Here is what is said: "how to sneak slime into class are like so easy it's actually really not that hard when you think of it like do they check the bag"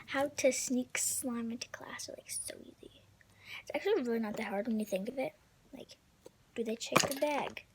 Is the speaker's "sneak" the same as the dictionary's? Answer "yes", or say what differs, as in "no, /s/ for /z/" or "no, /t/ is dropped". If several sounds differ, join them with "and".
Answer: yes